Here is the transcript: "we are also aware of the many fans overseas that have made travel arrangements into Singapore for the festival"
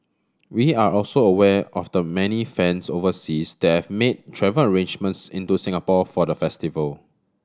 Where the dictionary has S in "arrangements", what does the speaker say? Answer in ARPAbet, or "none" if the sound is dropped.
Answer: S